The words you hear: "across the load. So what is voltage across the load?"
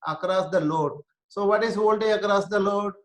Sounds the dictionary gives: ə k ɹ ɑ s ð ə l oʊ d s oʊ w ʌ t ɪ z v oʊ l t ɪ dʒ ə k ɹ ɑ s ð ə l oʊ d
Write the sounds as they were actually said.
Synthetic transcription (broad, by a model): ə k ɹ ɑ s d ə l oʊ d s oʊ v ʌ t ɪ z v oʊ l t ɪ ə k ɹ ɑ s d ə l oʊ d